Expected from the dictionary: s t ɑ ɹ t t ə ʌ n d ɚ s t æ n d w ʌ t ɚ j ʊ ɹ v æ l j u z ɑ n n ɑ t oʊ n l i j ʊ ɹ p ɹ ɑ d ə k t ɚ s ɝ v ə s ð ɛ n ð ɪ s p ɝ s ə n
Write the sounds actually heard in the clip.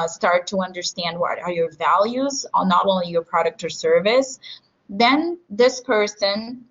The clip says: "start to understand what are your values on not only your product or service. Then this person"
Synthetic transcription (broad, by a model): s t ɑ ɹ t t ə ʌ n d ɚ s t æ n d w ʌ t ɚ j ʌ ɹ v æ l j u z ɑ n n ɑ t oʊ n l i j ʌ ɹ p ɹ ɑ d ə k t ɚ s ɝ v ə s ð ɛ n ð ɪ s p ɝ s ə n